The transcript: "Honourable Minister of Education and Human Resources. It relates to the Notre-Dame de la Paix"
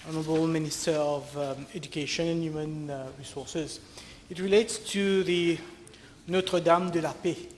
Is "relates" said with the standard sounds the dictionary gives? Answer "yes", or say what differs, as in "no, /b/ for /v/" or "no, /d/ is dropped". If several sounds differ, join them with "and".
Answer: yes